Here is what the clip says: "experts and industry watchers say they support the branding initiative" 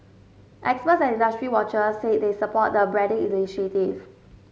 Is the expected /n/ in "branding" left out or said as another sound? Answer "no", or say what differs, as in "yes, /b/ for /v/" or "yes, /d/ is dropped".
yes, /n/ is dropped